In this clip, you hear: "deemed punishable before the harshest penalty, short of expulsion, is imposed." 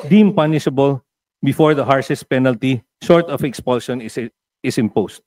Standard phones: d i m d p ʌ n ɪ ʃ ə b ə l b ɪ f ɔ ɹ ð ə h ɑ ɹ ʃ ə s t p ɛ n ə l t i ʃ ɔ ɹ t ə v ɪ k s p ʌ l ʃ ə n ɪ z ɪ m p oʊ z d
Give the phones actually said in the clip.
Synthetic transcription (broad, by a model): d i m p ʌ n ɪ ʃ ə b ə l b ɪ f ɔ ɹ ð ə h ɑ ɹ s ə s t p ɛ n ə l t i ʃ ɔ ɹ t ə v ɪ k s p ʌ l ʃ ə n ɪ s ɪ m p oʊ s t